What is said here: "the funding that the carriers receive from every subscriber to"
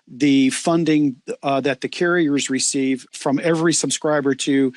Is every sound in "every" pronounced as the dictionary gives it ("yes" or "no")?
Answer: yes